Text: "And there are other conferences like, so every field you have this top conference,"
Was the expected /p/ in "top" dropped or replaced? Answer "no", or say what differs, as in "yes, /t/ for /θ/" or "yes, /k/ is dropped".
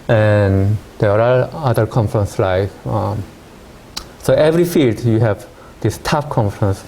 yes, /f/ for /p/